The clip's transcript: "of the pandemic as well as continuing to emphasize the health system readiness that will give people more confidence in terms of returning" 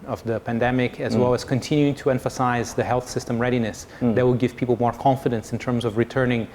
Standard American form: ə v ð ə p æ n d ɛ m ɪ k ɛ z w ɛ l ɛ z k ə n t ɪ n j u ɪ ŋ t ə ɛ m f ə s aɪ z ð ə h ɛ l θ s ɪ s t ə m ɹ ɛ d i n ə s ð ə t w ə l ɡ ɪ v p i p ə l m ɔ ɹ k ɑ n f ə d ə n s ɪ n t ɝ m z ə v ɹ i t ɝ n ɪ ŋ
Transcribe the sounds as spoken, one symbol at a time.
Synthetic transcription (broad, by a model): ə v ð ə p æ n d ɛ m ɪ k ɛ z w ɛ l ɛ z k ə n t ɪ n j u ɪ ŋ t ə ɛ m f ə s aɪ z ð ə h ɛ l θ s ɪ s t ə m ɹ ɛ d i n ə s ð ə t w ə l ɡ ɪ v p i p l m ɔ ɹ k ɑ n f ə d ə n s ɪ n t ɝ m z ə v ɹ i t ɝ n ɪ ŋ